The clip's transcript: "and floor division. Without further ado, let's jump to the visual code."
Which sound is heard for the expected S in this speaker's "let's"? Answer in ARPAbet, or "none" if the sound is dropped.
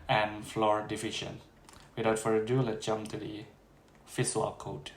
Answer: none